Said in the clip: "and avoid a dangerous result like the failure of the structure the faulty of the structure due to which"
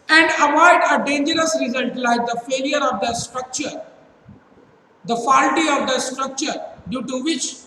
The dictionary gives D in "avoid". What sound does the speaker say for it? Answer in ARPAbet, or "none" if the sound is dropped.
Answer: D